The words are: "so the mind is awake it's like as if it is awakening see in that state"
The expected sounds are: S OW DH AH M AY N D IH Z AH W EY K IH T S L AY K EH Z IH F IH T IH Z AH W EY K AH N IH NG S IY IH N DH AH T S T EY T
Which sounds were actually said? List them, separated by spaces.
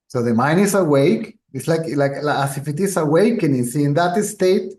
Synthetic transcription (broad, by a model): S OW DH AH M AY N IH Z AH W EY K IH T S L AY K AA S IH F IH T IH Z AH W EY K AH N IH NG S IY IH N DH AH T S T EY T